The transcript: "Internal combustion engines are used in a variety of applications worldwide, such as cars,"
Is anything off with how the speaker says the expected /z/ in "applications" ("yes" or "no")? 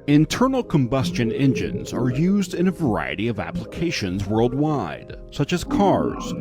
no